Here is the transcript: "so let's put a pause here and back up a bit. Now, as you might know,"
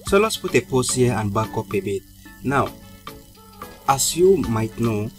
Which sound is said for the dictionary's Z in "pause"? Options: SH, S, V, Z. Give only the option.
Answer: S